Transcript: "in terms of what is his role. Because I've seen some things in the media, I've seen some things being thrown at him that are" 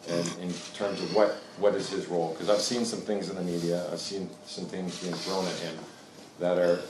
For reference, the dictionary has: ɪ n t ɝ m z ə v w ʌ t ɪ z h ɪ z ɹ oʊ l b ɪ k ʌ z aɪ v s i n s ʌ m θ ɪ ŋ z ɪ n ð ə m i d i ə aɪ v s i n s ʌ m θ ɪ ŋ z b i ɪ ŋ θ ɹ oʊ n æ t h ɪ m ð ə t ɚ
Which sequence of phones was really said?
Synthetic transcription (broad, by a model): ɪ n t ɝ m z ə v w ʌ t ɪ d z ɪ z ɹ oʊ l k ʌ z aɪ v s i n s ʌ m θ ɪ ŋ z ɪ n ð ə m i d i ə aɪ v s i n s ʌ m θ ɪ ŋ z b i ɪ ŋ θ ɹ oʊ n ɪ t h ɪ m ð ə t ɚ